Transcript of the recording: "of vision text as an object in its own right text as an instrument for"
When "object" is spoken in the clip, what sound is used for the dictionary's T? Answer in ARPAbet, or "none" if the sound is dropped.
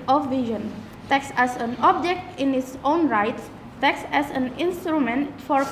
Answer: T